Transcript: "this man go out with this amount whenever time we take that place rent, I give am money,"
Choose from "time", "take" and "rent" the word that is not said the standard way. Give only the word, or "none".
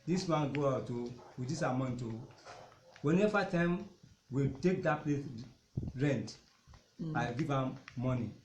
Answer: none